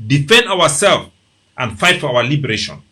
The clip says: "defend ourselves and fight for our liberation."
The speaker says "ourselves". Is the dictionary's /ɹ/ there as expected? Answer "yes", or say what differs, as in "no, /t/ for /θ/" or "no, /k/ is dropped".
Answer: no, /w/ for /ɹ/